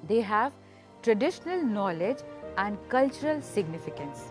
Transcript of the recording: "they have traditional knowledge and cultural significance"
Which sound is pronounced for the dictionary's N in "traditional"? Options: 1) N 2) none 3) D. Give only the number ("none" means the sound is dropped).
1